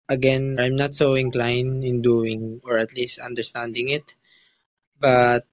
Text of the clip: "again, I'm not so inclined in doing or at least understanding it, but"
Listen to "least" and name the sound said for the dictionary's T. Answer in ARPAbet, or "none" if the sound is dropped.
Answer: T